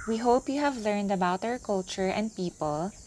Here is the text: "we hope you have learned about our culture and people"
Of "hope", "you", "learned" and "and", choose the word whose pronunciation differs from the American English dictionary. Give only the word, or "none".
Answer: none